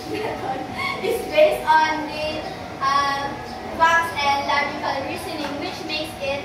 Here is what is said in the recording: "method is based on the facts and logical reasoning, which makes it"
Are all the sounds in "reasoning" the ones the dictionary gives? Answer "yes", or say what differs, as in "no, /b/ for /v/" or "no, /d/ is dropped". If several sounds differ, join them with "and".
no, /s/ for /z/